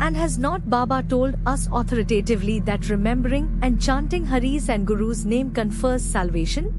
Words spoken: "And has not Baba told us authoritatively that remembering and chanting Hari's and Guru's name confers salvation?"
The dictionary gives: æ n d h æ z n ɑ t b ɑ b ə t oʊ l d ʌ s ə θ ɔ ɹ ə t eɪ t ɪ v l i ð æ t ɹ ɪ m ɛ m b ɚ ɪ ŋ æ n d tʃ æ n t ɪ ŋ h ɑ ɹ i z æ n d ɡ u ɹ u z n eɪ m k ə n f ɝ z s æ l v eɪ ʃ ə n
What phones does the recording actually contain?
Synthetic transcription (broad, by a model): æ n d h æ z n ɑ t b ɑ b ə t oʊ l d ʌ s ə t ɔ ɹ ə t eɪ t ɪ v l i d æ t ɹ ɪ m ɛ m b ɚ ɪ ŋ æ n d tʃ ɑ n t ɪ ŋ h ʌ ɹ i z æ n d ɡ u ɹ u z n eɪ m k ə n f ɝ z s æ l v eɪ ʃ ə n